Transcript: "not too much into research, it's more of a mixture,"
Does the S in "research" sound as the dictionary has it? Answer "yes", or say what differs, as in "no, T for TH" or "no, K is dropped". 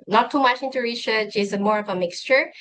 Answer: no, SH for S